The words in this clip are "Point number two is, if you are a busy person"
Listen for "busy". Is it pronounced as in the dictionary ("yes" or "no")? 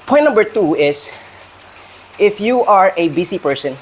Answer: no